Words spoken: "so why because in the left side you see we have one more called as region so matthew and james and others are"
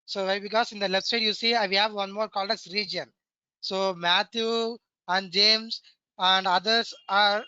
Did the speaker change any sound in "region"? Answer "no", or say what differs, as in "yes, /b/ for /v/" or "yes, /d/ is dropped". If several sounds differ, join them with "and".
no